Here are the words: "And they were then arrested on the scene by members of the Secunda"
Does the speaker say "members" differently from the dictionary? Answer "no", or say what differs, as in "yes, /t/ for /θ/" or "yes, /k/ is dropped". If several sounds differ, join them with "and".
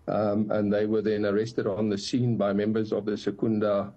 no